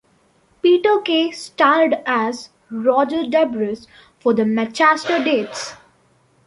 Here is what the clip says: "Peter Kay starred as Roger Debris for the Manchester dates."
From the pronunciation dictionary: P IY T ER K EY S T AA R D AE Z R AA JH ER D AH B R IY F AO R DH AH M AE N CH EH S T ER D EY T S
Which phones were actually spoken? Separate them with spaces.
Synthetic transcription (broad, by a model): P IY T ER K EY S T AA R D AE Z R AA JH ER D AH B R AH F AO R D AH M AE CH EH S T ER D EY T S